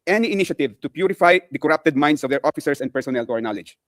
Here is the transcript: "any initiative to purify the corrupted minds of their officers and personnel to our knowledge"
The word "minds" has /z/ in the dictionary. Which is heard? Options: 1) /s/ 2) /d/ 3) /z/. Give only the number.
1